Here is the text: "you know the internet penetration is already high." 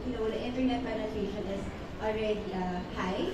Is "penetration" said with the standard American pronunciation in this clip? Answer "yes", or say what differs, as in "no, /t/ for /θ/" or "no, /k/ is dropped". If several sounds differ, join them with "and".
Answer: no, /b/ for /p/